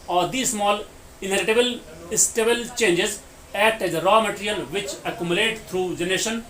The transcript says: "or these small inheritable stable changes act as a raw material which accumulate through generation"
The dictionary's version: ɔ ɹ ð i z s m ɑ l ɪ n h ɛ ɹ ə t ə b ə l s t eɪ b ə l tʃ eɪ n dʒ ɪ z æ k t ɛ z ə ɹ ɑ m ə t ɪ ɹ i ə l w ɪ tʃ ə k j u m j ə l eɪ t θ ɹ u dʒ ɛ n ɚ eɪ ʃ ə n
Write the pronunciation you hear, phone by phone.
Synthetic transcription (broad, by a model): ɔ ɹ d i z s m ɑ l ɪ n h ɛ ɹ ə t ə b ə l s t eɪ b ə l tʃ eɪ n dʒ ɪ z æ t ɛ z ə ɹ ɑ m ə t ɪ ɹ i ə l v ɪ tʃ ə k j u m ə l eɪ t t ɹ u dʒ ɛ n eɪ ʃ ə n